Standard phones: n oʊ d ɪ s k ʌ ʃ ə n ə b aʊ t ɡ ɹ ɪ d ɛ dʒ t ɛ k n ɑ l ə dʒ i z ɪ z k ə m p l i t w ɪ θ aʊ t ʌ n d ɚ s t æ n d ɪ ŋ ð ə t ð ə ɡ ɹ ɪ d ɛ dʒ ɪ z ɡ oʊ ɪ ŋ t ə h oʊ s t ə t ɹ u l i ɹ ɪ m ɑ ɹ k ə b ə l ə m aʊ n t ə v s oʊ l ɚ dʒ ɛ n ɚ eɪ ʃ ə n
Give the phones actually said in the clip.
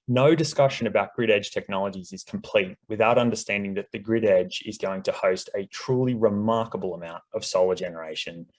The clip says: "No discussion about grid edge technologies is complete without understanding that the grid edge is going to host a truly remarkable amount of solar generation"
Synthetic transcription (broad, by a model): n oʊ d ɪ s k ʌ ʃ ə n ə b aʊ t ɡ ɹ ɪ d ɛ dʒ t ɛ k n ɑ l ə dʒ i z ɪ z k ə m p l i t w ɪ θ aʊ t ʌ n d ɚ s t æ n d ɪ ŋ ð ə t ð ə ɡ ɹ ɪ d ɛ dʒ ɪ z ɡ oʊ ɪ ŋ t ə h oʊ s t ə t ɹ u l i ɹ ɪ m ɑ ɹ k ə b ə l ə m aʊ n t ə v s oʊ l ɚ dʒ ɛ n ɚ eɪ ʃ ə n